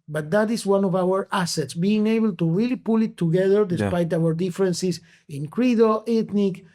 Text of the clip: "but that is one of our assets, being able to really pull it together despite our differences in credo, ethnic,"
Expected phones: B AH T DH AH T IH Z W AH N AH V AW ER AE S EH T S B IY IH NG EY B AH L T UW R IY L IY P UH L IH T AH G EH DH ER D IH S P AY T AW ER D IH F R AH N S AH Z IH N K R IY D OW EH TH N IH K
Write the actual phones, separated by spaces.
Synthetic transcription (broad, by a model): B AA T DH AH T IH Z W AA N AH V AW ER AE S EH T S B IY IH NG EY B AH L T UW R IY L IY P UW L IH T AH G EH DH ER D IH S P AY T AW ER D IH F R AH N S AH S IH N K R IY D OW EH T N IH K